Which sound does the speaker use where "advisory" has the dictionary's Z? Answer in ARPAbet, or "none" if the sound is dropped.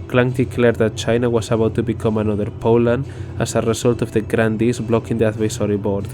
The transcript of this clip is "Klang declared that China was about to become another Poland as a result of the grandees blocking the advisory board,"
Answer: S